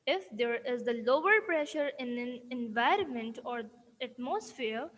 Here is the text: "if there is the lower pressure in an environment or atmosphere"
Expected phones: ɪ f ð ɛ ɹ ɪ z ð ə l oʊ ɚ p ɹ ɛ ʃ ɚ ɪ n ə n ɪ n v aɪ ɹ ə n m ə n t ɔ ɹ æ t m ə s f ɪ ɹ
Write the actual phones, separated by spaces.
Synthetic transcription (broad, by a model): ɪ f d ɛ ɹ ɪ z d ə l oʊ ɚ p ɹ ɛ ʃ ɚ ɪ n ə n ɪ n v aɪ ɹ ə n m ə n t ɔ ɹ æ t m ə s f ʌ ɹ